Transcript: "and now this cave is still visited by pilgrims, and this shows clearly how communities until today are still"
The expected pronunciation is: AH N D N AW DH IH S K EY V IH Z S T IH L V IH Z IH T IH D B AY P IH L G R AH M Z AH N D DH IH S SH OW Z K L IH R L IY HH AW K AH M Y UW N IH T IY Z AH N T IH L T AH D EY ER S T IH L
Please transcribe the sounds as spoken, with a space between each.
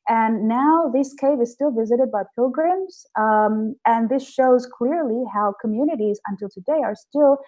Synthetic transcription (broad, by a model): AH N N AW DH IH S K EY V IH Z S T IH L V IH Z IH T IH D B AY P IH L G R AH M Z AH N DH IH S SH OW Z K L IH R L IY HH AW K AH M Y UW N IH T IY Z AH N T IH L T AH D EY ER S T IH L